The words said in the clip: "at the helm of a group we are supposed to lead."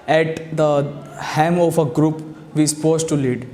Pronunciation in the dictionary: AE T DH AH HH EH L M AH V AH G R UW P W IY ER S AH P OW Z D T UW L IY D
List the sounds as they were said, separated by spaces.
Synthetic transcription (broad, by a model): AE T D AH HH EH M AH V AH G R UW P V IY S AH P OW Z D T UW L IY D